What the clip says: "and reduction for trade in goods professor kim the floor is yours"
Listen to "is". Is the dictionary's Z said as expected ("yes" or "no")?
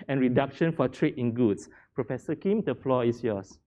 no